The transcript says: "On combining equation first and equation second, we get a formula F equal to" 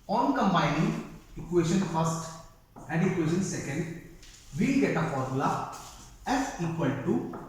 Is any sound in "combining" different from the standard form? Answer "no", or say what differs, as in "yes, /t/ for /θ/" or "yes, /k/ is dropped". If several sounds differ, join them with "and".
yes, /b/ is dropped